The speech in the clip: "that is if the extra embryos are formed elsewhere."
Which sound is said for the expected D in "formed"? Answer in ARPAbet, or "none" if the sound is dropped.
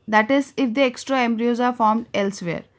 D